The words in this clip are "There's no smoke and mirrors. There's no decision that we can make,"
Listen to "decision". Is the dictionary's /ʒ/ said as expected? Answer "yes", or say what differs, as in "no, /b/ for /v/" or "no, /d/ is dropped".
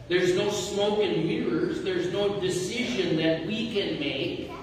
yes